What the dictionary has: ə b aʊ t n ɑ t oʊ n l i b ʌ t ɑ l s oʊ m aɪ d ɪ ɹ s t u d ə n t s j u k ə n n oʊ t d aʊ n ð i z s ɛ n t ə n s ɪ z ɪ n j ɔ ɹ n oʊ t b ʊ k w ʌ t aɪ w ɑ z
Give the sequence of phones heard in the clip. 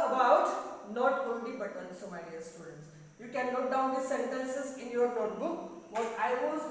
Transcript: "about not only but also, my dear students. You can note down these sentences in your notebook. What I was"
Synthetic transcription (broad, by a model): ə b aʊ t n ɑ t oʊ n l i b ʌ t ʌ n s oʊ m aɪ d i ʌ s t u d ə n t s j u k ə n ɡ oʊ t d aʊ n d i s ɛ n t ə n s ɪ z ɪ n j ɔ ɹ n oʊ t b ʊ k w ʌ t aɪ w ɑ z